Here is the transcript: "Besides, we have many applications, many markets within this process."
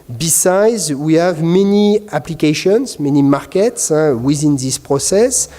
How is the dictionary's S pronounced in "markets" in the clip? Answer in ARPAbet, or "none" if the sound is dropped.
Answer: S